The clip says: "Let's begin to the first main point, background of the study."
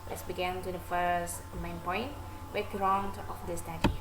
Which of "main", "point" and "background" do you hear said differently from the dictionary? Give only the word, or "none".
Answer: background